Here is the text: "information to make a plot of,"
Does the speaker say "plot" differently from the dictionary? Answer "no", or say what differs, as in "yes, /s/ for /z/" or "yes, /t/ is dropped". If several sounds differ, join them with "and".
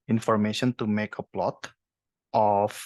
no